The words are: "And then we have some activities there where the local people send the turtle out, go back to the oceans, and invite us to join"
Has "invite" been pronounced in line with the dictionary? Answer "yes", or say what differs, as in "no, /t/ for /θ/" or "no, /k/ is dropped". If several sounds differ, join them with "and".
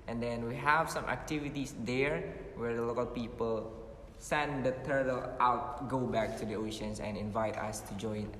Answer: yes